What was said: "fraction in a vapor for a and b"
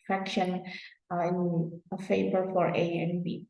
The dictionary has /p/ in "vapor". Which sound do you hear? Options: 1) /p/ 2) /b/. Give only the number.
2